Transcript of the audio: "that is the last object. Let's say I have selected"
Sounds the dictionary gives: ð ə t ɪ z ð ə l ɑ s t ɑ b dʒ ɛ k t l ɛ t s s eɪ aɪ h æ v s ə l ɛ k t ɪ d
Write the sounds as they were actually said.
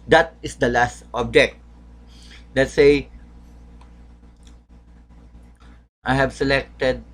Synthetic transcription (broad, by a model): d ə t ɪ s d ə l ɑ s t ɑ b dʒ ɛ k t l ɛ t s s eɪ aɪ h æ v s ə l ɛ k t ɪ d